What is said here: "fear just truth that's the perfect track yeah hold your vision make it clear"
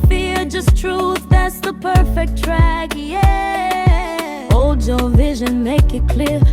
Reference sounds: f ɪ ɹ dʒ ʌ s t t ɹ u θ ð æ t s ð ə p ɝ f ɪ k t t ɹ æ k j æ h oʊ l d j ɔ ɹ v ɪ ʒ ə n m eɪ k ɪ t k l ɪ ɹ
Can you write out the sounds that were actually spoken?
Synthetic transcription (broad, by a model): f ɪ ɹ dʒ ʌ s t t ɹ u θ ð æ t s ð ə p ɝ f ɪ k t t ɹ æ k j æ oʊ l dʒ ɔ v ɪ ʒ ə n m eɪ k ɪ t k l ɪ ɹ